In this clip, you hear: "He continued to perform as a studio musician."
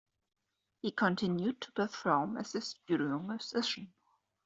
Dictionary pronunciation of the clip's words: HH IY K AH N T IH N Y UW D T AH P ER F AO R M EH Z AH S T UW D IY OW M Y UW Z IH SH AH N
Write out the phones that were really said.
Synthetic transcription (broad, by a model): HH IY K AH N T IH N Y UW D T AH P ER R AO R M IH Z AH S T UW D IY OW M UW S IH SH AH N